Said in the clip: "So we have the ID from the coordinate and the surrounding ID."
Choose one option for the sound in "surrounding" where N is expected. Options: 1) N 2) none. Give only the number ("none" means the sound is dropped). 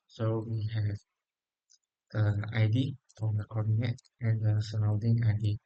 2